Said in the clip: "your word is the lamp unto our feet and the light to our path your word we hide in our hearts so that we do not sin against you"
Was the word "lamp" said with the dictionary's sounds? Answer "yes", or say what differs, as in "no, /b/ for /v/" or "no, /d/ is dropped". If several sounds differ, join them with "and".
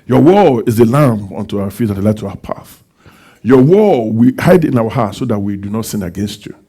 no, /p/ is dropped